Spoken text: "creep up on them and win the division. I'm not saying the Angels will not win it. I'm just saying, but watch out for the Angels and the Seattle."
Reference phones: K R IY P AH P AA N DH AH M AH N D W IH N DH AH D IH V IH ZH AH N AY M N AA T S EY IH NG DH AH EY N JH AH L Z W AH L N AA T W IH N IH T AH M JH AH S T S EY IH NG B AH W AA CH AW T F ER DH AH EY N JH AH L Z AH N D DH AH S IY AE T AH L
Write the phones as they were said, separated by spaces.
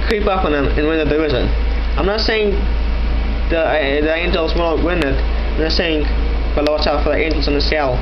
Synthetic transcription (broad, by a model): K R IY P AH P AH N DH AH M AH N W IH N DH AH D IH IH Z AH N AY M N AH T S EY IH NG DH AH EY N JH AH L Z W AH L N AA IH W IH N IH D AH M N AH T S EY IH NG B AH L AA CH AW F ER DH AH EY N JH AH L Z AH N DH AH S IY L